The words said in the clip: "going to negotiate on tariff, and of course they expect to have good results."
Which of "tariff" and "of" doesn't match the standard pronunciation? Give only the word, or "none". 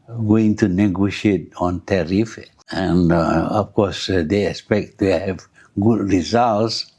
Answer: of